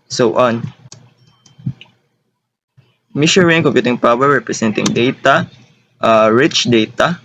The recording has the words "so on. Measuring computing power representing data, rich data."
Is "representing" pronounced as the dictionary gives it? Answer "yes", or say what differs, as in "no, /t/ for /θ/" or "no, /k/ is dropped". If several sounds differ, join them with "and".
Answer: no, /s/ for /z/